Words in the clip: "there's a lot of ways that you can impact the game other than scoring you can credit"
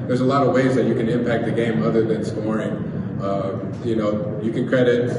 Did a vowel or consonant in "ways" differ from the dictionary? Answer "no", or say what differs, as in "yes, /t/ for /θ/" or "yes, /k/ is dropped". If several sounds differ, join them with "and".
no